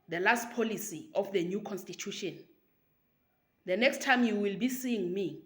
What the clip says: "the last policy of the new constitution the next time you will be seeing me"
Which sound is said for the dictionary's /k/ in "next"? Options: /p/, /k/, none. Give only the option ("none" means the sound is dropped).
/k/